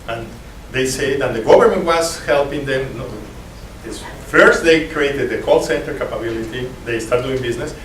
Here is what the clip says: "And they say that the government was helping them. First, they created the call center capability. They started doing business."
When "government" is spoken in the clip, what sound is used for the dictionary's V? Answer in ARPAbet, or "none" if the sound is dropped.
B